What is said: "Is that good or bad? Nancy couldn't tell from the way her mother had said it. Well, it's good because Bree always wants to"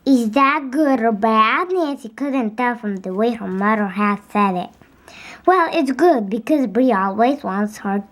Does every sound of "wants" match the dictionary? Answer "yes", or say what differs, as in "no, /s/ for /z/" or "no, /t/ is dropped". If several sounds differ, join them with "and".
yes